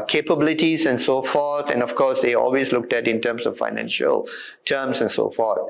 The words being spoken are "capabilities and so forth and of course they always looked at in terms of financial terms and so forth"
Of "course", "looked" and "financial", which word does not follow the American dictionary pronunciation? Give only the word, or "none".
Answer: none